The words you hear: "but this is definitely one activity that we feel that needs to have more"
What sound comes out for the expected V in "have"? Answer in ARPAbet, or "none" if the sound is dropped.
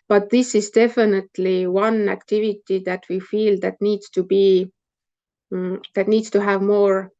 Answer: V